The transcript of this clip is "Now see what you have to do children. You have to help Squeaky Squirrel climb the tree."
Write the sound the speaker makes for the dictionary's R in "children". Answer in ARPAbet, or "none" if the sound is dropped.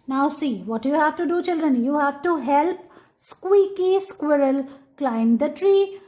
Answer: R